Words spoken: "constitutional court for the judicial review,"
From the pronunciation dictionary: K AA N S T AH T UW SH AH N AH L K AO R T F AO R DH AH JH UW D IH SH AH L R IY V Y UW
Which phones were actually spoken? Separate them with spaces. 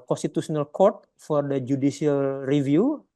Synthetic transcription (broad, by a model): K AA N S T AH T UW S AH N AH L K AO R T F AO R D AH JH UW D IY S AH L R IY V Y UW